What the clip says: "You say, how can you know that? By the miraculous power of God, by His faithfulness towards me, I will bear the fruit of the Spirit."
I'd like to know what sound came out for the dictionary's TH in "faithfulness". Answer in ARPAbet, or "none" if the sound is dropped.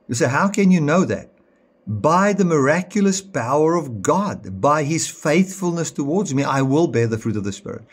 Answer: TH